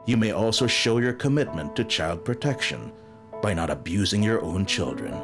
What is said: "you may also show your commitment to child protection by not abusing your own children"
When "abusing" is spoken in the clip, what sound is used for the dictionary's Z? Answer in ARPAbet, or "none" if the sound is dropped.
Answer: Z